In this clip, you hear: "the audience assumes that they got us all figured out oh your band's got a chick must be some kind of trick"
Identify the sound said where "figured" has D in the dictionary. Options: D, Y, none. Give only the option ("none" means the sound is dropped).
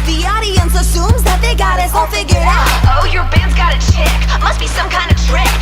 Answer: none